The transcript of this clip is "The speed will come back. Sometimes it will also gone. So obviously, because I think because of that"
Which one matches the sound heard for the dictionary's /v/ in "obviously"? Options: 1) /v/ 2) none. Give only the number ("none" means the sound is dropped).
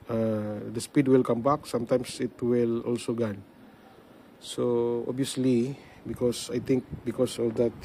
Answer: 2